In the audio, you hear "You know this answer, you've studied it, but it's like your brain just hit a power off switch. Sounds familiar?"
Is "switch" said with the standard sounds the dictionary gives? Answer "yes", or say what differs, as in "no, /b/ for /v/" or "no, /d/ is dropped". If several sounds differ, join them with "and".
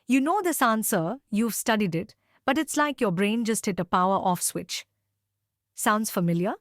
yes